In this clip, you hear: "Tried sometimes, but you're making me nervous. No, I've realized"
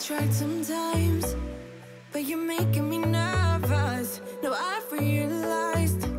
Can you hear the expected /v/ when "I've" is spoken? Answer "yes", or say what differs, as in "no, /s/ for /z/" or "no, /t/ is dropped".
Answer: no, /f/ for /v/